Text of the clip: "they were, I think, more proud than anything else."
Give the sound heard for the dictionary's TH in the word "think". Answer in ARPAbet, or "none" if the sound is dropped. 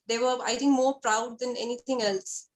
T